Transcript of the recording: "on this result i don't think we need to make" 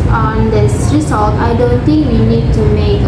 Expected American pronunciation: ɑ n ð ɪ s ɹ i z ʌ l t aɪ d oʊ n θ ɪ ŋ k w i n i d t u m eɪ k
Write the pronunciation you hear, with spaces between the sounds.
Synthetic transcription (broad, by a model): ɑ n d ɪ s ɹ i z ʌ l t aɪ d oʊ n t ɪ ŋ k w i n i d t u m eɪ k